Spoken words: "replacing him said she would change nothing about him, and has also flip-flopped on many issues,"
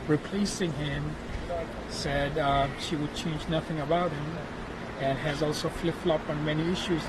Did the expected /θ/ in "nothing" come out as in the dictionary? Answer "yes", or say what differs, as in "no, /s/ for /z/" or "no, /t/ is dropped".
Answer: yes